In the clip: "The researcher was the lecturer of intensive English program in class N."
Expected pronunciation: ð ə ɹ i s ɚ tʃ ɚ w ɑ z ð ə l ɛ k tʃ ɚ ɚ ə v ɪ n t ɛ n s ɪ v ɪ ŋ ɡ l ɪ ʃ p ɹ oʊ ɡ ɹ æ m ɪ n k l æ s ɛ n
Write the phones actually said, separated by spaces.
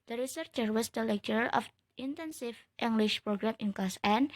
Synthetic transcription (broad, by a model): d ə ɹ i s ɚ tʃ ɚ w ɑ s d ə l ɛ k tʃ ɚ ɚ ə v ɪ n t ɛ n s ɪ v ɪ ŋ ɡ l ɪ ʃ p ɹ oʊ ɡ ɹ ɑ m ɪ n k ɑ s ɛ n